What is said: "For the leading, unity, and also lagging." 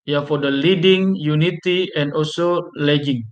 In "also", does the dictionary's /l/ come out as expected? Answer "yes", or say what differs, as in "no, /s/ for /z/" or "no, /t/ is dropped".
yes